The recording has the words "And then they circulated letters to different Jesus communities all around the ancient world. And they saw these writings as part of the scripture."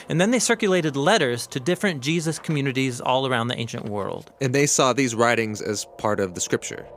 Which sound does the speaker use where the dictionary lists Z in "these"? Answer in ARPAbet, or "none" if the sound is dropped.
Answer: Z